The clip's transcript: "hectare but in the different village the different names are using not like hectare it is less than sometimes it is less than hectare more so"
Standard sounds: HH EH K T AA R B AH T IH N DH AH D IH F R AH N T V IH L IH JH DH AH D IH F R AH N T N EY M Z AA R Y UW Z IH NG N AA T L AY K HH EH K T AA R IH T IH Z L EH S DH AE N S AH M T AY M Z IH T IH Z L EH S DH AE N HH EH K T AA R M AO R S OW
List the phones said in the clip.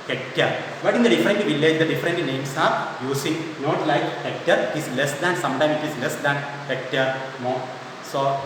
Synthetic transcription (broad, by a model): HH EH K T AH R B AH T IH N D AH D IH F R AH N T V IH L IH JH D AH D IH F R AH N T N EY M S AA R Y UW S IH NG N AA T L AY K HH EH K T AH R IH T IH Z L EH S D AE N S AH M T AY M IH T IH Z L EH S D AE N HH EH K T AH R M AO R S OW